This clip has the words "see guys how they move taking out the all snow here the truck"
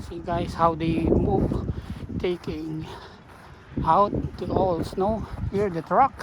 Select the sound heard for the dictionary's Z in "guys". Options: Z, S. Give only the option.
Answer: S